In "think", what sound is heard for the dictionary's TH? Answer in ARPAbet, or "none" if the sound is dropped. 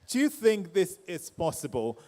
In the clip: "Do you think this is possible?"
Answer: TH